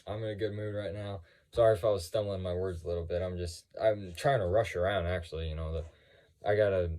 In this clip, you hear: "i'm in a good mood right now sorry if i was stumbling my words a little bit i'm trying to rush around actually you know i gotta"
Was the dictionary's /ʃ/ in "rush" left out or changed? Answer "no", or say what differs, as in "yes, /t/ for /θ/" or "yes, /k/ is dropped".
no